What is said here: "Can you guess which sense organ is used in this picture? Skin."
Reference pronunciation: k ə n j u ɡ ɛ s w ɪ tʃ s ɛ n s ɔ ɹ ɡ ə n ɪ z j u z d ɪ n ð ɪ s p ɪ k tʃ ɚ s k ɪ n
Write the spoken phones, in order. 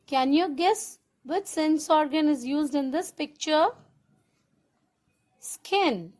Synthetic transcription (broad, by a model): k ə n j u ɡ ɛ s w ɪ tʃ s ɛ n s ɔ ɹ ɡ ə n ɪ z j u z d ɪ n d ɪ s p ɪ k tʃ ɚ s k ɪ n